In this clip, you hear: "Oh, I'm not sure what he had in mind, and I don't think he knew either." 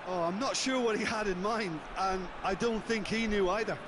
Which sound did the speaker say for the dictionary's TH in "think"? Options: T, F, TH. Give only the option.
TH